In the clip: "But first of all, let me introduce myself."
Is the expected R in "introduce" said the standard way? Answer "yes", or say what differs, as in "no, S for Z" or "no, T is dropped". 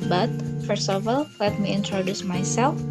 yes